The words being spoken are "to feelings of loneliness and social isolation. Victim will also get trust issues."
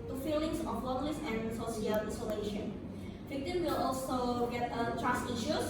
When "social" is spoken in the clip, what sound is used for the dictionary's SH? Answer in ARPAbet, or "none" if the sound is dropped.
S